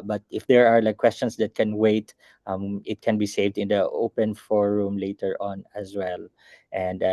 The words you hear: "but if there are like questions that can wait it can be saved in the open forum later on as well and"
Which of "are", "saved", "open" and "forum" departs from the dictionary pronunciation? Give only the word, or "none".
none